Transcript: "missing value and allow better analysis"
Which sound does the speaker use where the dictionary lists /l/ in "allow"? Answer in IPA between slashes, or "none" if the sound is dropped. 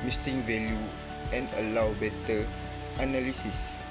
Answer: /l/